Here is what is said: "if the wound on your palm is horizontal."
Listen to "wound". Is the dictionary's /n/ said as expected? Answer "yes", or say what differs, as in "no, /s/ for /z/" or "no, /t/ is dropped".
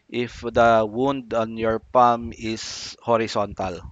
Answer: yes